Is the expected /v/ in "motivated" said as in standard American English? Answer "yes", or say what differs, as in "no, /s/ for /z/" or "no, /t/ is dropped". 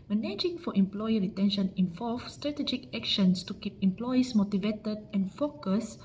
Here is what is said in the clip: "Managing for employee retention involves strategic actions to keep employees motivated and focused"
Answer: yes